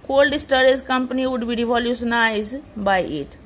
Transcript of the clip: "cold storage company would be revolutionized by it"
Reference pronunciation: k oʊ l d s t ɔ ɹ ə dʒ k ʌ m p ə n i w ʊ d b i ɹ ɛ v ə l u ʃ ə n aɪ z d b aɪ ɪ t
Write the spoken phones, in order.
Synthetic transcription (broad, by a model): k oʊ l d s t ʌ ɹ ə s k ʌ m p ə n i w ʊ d b i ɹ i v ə l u s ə n aɪ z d b aɪ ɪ t